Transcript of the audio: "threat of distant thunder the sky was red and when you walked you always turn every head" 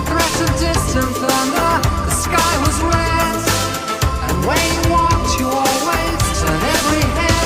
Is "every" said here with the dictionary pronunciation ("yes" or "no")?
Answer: yes